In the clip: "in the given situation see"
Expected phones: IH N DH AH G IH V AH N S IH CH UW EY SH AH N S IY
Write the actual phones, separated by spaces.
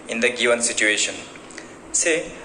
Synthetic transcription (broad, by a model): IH N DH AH G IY AH N S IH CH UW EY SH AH N S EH